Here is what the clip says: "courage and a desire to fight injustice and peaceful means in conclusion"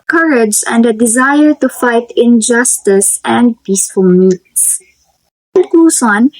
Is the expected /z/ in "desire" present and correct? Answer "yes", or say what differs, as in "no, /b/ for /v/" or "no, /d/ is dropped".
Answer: yes